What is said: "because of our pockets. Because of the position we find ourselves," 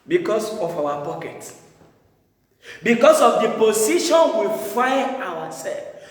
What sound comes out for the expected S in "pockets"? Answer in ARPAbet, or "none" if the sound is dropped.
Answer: none